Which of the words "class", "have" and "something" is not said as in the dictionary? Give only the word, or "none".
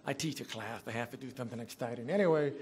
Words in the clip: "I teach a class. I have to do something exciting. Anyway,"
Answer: have